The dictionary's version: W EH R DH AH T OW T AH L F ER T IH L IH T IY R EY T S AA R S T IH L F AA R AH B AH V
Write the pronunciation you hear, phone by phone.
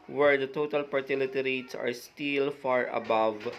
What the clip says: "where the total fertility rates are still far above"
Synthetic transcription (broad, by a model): W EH R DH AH T OW T AH L P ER T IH L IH T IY R EY T S AA R S T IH L F AA R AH B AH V